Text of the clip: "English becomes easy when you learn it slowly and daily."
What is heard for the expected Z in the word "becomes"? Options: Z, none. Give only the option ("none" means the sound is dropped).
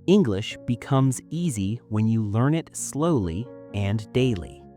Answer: Z